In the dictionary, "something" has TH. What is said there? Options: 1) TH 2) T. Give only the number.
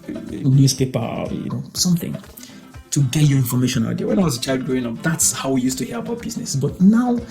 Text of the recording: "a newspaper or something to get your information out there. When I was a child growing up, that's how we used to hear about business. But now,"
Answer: 1